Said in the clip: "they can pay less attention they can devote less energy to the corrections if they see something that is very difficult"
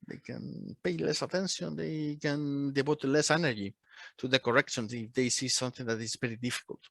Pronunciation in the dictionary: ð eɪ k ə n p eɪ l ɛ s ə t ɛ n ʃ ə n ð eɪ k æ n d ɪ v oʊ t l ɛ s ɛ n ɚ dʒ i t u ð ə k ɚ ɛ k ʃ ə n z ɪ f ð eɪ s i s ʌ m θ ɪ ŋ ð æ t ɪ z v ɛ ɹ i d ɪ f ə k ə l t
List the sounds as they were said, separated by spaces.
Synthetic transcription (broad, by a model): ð eɪ k ə n p eɪ l ɛ s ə t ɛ n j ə n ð eɪ k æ n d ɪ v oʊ t l ɛ s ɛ n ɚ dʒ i t u ð ə k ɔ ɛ k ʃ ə n s ɪ f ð eɪ s i s ʌ m θ ɪ ŋ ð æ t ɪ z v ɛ ɹ i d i f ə k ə l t